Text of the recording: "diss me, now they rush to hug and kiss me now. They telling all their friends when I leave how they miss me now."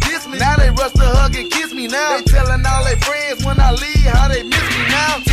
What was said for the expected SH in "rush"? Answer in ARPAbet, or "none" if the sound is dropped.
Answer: S